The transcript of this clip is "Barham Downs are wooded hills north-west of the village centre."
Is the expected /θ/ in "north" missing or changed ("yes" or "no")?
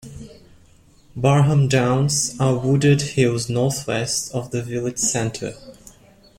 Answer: no